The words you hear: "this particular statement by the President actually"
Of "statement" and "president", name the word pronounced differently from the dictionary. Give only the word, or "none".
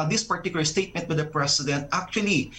president